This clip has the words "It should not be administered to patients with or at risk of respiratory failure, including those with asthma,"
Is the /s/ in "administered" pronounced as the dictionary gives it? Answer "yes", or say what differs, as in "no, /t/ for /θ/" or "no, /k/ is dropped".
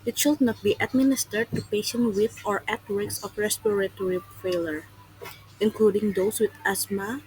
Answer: yes